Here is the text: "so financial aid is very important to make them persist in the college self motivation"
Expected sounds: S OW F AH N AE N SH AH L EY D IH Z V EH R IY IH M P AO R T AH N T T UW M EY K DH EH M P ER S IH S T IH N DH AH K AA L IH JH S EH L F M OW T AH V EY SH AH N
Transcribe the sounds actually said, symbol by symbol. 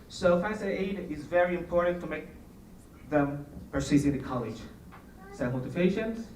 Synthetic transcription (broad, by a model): S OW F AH IH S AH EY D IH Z V EH R IY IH M P AO R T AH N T T UW M EY K DH EH M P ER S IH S IH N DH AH K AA L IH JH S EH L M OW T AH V EY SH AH N